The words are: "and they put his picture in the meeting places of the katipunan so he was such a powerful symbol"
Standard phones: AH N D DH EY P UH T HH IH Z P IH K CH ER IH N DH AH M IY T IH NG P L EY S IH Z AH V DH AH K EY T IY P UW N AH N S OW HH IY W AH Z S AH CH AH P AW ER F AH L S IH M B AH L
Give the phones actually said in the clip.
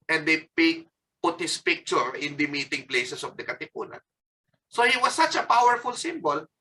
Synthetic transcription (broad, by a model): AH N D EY P UH T HH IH S P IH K CH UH IH N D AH M IY T IH NG P L EY S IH S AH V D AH K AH T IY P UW N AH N S OW HH IY W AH S AH CH AH P AW ER F AH L S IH M B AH L